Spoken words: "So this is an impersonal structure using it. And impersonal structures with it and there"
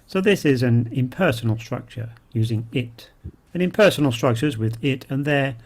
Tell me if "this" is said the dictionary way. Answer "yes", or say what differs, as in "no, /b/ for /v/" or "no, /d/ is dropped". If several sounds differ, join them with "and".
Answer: yes